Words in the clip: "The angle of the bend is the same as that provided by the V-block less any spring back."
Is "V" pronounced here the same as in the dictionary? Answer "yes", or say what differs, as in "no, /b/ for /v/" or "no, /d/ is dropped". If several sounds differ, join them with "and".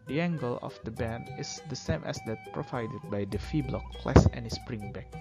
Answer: no, /f/ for /v/